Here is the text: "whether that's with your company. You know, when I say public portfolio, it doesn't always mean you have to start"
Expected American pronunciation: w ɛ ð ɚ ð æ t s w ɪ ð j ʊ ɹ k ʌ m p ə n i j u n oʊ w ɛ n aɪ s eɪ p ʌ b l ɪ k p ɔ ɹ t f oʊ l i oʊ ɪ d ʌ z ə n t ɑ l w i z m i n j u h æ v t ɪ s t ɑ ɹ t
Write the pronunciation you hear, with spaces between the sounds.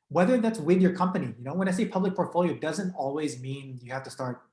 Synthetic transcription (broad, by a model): w ɛ ð ɚ ð æ t s w ɪ ð j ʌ ɹ k ʌ m p ə n i j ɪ n oʊ w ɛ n aɪ s eɪ p ʌ b l ɪ k p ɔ ɹ t f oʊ l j oʊ ɪ d ʌ z ə n t ɑ l w i z m i n j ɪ h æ f t ɪ s t ɑ ɹ t